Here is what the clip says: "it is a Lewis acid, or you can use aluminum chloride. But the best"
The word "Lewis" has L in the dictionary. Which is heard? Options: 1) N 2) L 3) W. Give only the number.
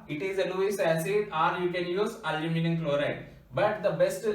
1